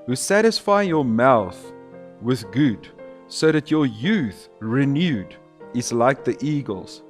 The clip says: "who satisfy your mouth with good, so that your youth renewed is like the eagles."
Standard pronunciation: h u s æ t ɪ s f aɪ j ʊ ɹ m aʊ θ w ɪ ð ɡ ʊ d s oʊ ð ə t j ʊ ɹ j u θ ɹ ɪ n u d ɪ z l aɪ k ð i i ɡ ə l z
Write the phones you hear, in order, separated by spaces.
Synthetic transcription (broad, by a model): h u s æ t ɪ s f aɪ j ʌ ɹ m aʊ θ w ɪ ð ɡ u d s oʊ ð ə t j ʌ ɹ j u θ ɹ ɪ n u d ɪ z l aɪ k ð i i ɡ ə l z